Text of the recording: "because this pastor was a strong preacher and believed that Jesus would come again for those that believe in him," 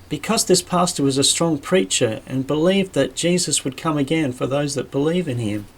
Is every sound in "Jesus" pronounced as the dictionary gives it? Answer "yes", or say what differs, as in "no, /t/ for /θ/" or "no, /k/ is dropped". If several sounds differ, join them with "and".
yes